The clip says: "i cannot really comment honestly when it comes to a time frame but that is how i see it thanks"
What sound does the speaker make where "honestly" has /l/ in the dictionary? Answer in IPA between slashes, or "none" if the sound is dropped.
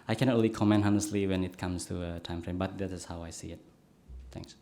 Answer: /l/